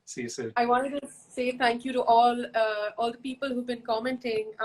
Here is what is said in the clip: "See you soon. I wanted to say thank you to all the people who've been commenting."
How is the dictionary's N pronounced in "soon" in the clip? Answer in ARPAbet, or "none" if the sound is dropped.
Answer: none